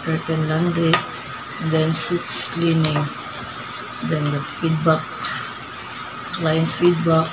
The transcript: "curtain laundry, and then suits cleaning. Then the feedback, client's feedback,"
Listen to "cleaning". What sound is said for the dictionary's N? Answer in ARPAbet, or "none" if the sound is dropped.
N